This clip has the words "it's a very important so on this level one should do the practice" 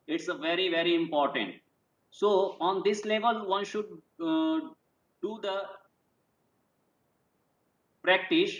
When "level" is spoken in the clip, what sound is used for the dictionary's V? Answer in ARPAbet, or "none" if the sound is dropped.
V